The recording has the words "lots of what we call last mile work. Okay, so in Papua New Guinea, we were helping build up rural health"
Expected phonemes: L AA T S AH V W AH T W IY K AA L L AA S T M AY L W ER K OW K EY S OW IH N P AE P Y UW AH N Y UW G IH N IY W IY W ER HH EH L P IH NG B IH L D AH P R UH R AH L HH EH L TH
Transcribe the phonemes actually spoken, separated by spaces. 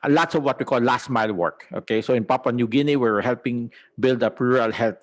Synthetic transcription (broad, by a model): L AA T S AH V W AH T W IY K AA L L AA S T M AY L W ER K OW K EY S OW IH N P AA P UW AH N Y UW G IH N IY W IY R HH EH L P IH NG B IH L D AH P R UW R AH L HH EH L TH